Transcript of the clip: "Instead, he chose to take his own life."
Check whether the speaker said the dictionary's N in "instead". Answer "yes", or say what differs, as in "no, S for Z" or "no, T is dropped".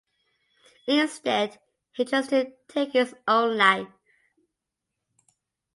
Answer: yes